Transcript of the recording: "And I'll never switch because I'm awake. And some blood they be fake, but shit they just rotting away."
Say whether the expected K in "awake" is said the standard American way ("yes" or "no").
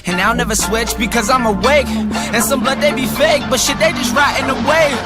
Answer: yes